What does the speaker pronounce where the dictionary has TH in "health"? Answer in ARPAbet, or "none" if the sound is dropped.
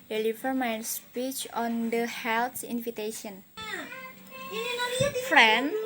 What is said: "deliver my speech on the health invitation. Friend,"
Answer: T